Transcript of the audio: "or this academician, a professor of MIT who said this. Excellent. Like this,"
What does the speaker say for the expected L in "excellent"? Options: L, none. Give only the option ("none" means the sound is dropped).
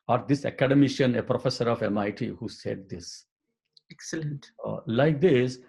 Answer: L